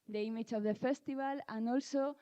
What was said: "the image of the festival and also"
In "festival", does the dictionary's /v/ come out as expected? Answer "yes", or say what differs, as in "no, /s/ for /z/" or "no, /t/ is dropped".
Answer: no, /b/ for /v/